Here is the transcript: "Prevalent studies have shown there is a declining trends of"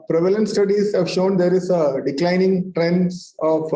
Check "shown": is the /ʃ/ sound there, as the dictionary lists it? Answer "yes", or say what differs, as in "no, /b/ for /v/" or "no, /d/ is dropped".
yes